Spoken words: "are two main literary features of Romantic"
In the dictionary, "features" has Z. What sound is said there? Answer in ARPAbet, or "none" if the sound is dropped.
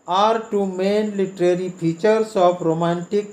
S